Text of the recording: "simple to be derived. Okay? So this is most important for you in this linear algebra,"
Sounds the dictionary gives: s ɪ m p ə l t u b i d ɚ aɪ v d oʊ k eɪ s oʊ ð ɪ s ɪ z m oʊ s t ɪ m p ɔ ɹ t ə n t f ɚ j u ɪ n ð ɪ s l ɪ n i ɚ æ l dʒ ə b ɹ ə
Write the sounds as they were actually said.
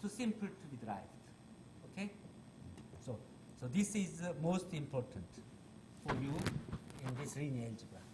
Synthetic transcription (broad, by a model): s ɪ m p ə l t u b i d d aɪ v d oʊ k eɪ s oʊ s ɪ s ɪ z m oʊ s t ɪ m p ɔ ɹ t ə n t f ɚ j u ɪ n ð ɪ s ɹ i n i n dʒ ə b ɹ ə